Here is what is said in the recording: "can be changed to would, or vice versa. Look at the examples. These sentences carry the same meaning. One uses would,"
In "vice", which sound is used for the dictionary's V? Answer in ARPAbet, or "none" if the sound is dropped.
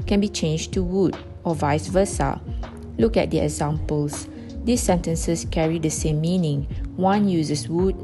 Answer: V